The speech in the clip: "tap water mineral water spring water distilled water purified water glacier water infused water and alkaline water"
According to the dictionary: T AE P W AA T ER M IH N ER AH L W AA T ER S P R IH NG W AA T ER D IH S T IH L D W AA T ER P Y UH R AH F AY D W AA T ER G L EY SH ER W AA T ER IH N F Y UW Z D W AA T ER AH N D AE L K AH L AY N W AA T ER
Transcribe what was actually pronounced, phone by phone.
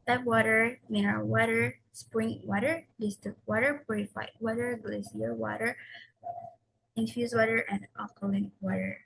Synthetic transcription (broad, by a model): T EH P W AA T ER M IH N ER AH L W AA T ER S P R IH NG W AA T ER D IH S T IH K W AA T ER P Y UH R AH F AY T W AA T ER G L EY S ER W AA T ER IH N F Y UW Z W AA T ER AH N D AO K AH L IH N W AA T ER